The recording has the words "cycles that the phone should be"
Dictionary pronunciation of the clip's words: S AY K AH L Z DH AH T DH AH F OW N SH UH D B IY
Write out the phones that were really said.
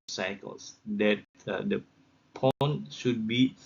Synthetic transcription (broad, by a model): S AY K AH L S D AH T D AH P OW N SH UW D B IY